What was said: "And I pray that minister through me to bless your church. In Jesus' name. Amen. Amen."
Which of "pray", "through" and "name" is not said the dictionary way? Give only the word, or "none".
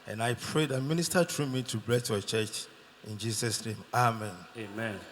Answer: through